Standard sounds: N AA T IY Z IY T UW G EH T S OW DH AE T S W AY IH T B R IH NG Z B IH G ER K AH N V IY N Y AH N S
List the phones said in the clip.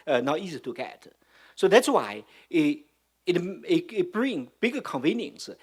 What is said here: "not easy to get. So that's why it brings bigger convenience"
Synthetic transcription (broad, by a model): N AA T IY Z IY T UW G EH T S OW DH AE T S W AY IH T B R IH NG B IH G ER K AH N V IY N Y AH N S